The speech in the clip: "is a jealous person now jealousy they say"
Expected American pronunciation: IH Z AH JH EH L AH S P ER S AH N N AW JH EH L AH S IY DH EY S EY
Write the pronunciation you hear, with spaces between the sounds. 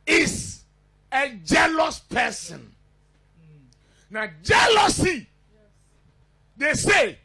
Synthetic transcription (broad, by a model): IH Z AH JH EH L AH S P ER S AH N N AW JH EH L AH S IY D EY S EY